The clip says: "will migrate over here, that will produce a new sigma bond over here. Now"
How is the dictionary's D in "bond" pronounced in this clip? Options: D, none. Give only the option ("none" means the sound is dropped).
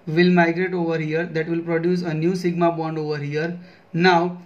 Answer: D